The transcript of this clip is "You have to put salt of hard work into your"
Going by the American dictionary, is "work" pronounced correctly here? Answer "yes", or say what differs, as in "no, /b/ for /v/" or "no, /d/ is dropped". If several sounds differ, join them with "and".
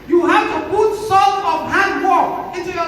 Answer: no, /k/ is dropped